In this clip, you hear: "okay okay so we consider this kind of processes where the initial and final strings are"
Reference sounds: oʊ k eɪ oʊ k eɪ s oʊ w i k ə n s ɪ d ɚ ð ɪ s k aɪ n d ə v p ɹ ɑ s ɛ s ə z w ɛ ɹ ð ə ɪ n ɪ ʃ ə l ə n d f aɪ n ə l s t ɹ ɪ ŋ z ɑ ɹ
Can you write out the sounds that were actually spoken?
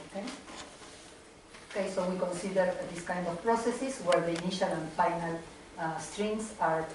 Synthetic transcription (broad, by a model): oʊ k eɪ oʊ k eɪ s oʊ w i k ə n s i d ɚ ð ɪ s k aɪ n d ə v p ɹ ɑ s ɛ s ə s w ɛ ɹ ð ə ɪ n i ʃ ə l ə n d f aɪ n ə l s t ɹ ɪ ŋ s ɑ ɹ